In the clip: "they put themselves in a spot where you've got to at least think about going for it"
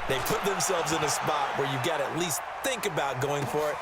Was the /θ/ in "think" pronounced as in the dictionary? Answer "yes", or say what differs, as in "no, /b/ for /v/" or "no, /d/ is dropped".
yes